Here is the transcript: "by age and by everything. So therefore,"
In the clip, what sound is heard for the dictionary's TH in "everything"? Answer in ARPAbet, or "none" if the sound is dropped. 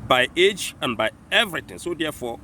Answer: T